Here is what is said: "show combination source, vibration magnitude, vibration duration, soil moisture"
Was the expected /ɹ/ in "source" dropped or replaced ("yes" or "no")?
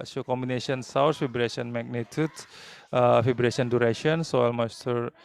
yes